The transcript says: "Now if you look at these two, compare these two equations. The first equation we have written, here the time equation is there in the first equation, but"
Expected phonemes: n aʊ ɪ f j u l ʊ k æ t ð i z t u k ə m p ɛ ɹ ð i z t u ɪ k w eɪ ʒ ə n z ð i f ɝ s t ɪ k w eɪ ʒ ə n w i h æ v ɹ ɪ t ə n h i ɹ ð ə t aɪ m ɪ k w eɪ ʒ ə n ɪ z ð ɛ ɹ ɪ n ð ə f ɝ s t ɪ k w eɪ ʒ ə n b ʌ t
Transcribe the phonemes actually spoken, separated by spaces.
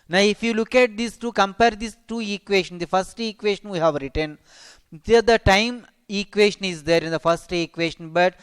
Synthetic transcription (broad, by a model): n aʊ ɪ f j u l ʊ k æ t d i s t u k ə m p ɛ ɹ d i s t u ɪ k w eɪ ʃ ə n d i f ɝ s t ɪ k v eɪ ʃ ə n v i h æ v ɹ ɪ t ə n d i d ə t aɪ m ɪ k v eɪ ʃ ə n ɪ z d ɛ ɹ ɪ n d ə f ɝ s t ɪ k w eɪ ʃ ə n b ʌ t